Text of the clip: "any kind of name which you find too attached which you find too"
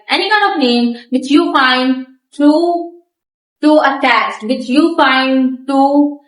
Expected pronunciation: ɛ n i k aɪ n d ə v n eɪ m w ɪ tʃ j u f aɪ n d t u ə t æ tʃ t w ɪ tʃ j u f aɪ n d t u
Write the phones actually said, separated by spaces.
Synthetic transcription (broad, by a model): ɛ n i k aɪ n ə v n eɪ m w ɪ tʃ j u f aɪ n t t u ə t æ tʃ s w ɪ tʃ j u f aɪ n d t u